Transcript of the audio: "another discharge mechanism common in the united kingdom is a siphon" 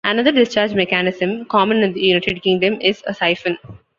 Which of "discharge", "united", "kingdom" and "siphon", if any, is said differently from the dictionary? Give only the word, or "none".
none